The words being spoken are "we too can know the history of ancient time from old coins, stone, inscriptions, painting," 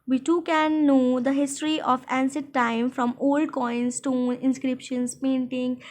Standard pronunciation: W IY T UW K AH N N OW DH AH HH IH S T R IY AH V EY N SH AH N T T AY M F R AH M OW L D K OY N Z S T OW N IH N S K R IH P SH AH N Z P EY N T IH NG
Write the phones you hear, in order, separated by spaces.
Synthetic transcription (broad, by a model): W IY T UW K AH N N OW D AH HH IH S T R IY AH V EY N S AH T T AY M F R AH M OW L D K OY N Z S T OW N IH N S K R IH P SH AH N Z P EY N T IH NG